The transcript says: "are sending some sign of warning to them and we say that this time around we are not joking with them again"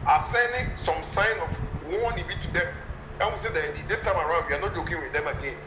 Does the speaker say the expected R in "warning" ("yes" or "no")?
no